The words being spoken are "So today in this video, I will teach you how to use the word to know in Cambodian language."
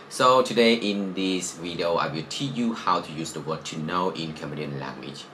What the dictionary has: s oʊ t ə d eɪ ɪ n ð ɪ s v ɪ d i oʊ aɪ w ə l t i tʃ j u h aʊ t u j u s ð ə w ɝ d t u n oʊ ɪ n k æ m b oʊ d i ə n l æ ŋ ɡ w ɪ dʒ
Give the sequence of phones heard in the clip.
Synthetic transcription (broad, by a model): s oʊ t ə d eɪ ɪ n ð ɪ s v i d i oʊ aɪ w ə l t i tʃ j u h aʊ t u j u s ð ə w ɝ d t u n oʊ ɪ n k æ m oʊ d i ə n l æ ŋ ɡ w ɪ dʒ